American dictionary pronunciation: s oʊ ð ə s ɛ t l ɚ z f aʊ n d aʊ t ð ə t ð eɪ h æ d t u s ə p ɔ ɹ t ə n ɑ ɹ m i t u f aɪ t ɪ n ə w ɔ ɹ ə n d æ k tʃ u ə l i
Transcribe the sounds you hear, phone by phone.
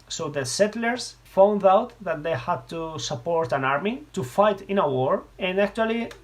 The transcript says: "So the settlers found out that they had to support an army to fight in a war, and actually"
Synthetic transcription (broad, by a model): s oʊ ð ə s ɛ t l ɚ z f aʊ n d aʊ t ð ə t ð eɪ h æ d t u s ə p ɔ ɹ t ə n ɑ ɹ m i t u f aɪ t ɪ n ə w ɔ ɹ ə n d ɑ k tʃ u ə l i